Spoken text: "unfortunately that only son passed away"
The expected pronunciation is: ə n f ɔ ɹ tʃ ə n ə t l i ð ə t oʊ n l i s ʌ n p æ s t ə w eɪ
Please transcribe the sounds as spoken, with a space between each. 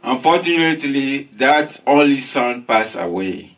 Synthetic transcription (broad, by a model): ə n f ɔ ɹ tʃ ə n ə t l i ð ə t oʊ n l i s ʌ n p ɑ s ə w eɪ